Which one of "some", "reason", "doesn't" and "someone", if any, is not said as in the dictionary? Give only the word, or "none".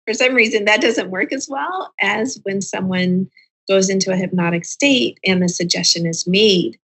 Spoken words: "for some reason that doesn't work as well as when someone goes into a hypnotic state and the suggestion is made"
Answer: none